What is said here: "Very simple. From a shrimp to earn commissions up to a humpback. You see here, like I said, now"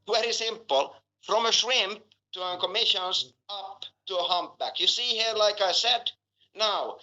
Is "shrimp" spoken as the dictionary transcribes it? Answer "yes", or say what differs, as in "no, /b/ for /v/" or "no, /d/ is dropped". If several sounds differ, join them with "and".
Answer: yes